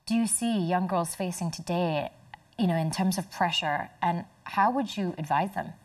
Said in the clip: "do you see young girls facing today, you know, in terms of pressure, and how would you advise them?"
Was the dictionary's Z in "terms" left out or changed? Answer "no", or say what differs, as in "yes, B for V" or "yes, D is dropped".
no